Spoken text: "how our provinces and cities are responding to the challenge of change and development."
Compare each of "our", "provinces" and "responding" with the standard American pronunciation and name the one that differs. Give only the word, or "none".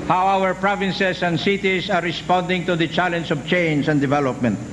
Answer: provinces